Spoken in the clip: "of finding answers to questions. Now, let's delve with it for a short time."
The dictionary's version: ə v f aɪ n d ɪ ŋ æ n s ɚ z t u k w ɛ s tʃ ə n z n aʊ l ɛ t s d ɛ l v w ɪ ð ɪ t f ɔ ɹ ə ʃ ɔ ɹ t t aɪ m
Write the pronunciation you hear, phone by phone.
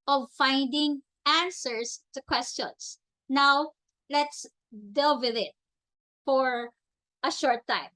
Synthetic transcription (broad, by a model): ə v f aɪ n d ɪ ŋ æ n s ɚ s t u k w ɛ s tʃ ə n s n aʊ l ɛ t s d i l w ɪ ð ɪ t f ɔ ɹ ə ʃ ɔ ɹ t t aɪ m